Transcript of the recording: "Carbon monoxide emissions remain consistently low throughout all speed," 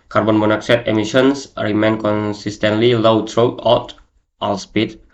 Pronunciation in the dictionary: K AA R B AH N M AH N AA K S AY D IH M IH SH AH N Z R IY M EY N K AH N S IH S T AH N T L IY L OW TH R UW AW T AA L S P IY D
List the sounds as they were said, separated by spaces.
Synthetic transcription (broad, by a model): K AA R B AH N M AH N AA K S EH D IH M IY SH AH N S R IY M EY N K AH N S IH S T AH N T L IY L OW T R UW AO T AA L S P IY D